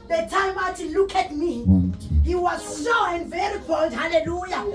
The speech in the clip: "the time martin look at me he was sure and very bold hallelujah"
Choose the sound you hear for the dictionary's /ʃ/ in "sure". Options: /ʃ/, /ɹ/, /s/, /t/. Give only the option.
/s/